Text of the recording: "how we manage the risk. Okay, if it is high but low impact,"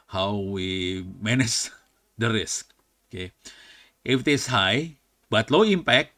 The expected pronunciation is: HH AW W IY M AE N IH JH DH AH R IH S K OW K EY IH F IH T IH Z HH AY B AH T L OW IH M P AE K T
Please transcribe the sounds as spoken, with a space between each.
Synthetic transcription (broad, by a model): HH AW W IY M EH N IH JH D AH R IH S K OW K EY IH F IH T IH S HH AY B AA T L OW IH M P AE K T